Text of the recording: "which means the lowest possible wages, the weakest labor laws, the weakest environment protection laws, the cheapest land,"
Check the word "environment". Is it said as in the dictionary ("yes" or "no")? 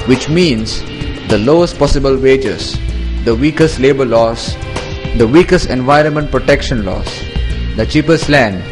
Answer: yes